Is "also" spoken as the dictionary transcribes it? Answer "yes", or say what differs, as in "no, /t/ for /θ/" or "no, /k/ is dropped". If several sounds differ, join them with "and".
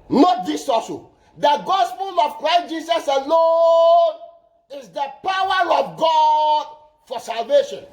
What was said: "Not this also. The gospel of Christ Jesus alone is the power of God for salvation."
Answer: no, /l/ is dropped